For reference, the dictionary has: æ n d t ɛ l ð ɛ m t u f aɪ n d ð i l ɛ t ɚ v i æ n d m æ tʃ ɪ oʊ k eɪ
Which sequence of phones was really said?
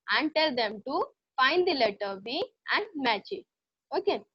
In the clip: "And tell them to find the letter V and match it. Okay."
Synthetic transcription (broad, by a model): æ n d t ɛ l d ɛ m t u f aɪ n d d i l ɛ t ɚ b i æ n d m æ tʃ ɪ oʊ k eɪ